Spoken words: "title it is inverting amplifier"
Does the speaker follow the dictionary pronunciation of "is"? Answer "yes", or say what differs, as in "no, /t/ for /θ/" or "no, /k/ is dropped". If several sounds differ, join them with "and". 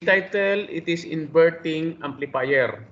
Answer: no, /s/ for /z/